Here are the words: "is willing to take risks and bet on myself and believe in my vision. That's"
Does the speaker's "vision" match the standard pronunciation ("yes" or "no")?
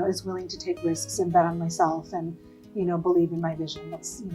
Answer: yes